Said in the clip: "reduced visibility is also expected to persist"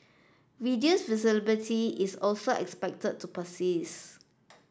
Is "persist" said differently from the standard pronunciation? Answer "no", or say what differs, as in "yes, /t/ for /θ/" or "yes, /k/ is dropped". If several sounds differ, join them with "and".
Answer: yes, /t/ is dropped